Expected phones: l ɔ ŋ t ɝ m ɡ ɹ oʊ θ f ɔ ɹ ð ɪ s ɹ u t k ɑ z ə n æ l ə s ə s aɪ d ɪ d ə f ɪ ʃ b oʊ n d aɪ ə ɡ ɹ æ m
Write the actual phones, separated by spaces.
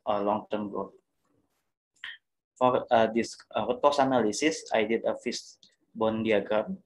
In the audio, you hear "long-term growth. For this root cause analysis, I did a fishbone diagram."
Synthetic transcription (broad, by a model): l ɔ ŋ t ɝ m ɡ oʊ f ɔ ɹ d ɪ s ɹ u t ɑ s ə n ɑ l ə s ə s aɪ d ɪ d ə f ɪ s b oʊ n d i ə ɡ ɹ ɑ m